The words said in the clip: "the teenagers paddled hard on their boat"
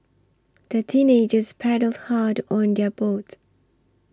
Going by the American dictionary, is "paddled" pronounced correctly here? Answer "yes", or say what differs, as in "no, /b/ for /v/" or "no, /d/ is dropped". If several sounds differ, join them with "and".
yes